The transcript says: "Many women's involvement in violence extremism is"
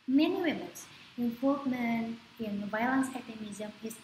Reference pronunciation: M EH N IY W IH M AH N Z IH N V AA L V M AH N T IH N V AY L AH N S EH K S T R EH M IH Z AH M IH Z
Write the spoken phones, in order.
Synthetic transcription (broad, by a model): M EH N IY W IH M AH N S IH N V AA L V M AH N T IH N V AY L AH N S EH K T EH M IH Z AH M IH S